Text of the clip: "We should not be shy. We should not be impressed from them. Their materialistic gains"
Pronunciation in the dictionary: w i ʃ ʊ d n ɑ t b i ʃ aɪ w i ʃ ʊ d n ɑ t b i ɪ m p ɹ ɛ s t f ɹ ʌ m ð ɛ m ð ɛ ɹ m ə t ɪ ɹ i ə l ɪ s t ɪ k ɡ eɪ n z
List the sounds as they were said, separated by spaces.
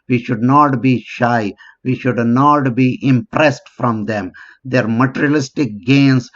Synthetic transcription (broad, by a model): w i ʃ ʊ d n ɑ t b i ʃ aɪ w i ʃ ʊ d n ɑ t b i ɪ m p ɹ ɛ s t f ɹ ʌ m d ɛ m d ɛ ɹ m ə t ɹ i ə l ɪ s t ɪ k ɡ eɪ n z